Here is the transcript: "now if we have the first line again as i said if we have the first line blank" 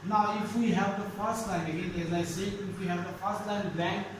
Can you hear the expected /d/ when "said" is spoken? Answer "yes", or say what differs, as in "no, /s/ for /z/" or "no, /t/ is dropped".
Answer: no, /d/ is dropped